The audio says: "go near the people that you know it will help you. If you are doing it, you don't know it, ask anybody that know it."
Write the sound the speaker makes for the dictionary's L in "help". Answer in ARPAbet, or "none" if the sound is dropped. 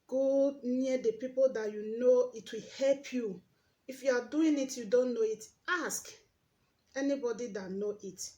L